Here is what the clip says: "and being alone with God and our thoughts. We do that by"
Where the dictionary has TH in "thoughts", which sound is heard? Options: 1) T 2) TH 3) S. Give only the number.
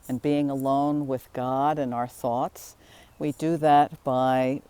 2